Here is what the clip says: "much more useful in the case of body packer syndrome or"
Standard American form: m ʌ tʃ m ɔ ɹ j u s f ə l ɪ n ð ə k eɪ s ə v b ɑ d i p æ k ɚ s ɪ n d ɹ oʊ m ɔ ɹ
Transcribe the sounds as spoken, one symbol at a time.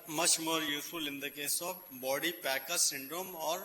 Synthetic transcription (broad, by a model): m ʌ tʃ m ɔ ɹ j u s ə l ɪ n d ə k eɪ s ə f b ɑ d i p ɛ k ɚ s ɪ n d ɹ oʊ m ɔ ɹ